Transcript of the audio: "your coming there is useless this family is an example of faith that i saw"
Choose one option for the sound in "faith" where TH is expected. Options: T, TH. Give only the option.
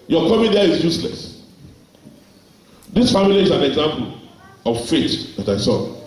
T